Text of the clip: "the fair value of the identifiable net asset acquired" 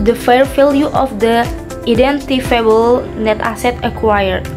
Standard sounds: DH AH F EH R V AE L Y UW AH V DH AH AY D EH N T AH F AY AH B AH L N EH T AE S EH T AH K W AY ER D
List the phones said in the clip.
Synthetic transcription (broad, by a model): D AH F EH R F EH L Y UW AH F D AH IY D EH N T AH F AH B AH L N EH T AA S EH T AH K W AY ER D